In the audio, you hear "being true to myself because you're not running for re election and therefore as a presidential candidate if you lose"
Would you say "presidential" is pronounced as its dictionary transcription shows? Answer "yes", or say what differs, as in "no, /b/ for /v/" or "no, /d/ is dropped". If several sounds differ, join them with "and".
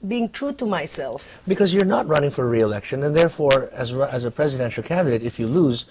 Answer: yes